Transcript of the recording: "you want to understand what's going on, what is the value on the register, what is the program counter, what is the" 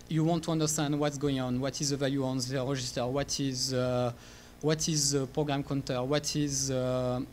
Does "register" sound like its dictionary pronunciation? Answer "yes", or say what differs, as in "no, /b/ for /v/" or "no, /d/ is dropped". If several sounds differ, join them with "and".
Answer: no, /ʒ/ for /dʒ/